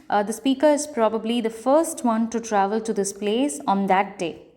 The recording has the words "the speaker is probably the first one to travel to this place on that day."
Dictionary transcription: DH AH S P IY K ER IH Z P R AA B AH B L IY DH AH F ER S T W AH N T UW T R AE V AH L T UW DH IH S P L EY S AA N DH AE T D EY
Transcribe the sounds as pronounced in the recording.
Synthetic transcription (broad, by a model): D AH S P IY K ER IH Z P R AA B AH B L IY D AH F ER S T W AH N T UW T R AE V AH L T UW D IH S P L EY S AA N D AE T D EY